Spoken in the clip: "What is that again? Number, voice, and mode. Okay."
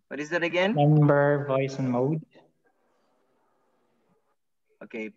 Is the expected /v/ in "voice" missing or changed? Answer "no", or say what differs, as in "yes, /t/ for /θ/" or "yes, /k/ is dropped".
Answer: no